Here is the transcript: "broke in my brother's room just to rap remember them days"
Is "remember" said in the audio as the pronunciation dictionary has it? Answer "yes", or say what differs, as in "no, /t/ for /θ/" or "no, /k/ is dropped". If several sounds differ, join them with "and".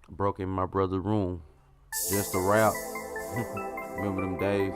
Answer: no, /b/ is dropped